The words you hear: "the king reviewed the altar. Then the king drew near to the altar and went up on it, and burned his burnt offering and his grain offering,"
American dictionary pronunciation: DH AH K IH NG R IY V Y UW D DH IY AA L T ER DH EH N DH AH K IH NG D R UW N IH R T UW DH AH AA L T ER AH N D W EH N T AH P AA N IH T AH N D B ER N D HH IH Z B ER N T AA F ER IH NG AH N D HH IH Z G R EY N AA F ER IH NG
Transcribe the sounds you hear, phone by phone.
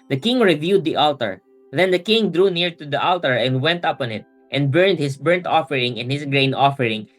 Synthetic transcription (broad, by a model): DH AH K IH NG R IY V Y UW D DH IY AA L T ER DH EH N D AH K IH NG D R UW N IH R T UW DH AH AA L T ER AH N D W EH N T AH P AA N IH T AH N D B ER N D HH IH S B ER N T AA F ER IH NG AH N HH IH S G R EY N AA F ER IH NG